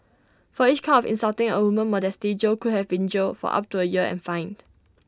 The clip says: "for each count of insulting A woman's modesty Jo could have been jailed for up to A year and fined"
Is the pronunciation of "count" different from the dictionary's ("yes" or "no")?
yes